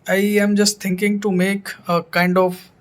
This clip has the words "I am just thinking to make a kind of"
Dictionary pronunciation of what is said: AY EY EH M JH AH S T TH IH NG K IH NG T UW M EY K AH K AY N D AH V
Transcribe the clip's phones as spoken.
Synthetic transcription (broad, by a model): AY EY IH M JH AH S T T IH NG K IH NG T UW M EY K AH K AY N D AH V